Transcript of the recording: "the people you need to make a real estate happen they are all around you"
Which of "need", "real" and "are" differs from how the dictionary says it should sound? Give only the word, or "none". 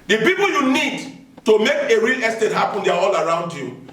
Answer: are